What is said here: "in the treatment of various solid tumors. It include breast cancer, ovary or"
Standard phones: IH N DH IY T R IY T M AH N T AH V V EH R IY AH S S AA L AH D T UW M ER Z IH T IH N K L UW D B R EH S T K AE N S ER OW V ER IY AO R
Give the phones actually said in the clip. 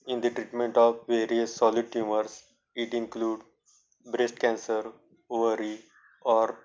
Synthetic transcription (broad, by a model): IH N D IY T R IY T M AH N T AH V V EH R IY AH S S AA L AH D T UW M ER S IH T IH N K L UW D B R EH S T K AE N S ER OW V ER IY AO R